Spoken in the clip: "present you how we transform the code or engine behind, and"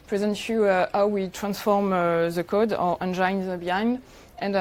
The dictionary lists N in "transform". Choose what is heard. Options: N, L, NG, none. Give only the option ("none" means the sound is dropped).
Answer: N